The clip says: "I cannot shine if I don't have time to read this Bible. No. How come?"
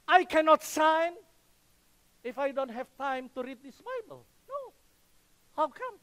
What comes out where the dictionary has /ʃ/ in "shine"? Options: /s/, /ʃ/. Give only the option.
/s/